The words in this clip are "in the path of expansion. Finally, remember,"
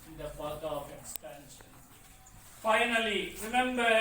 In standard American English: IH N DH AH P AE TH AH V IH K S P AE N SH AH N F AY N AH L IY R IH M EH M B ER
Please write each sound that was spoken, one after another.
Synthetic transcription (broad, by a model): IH N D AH B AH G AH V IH K S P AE N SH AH N F AY N AH L IY R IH M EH M B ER